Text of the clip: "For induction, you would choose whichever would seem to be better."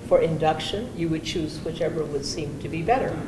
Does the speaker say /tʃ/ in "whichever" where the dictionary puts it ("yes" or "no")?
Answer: yes